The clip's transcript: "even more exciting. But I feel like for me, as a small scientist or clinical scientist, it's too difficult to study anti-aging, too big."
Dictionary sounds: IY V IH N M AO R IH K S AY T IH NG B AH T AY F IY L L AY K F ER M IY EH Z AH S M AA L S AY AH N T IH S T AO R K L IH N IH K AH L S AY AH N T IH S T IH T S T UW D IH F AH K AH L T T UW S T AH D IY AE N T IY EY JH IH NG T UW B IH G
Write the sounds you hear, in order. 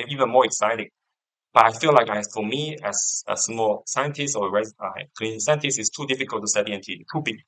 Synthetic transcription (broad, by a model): IY V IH N M AO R IH K S AY T IH NG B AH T AY F IY L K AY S F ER M IY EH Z AH S M AA L S AY AH N T IH S T AO R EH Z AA IH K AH N S AY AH N T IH S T IH T S T UW D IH F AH K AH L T T UW S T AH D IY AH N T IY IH T UW B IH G